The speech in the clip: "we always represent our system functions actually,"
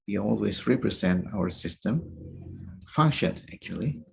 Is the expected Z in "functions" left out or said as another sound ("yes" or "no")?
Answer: yes